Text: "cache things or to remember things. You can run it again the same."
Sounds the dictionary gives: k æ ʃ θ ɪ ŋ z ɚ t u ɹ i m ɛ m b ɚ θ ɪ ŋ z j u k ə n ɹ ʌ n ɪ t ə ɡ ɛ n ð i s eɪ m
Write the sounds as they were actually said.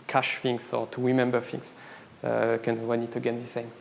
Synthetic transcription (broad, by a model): k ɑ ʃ f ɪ ŋ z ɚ t u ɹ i m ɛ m b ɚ f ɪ ŋ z k ə n w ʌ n ɪ t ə ɡ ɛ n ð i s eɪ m